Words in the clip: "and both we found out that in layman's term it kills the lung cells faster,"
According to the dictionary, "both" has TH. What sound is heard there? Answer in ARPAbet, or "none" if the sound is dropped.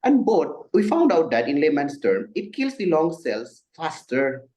T